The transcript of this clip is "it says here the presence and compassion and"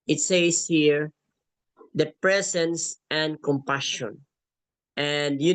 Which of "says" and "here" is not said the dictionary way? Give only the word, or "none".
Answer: says